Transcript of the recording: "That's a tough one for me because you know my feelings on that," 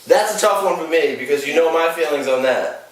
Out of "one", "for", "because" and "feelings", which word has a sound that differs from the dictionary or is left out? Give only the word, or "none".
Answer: none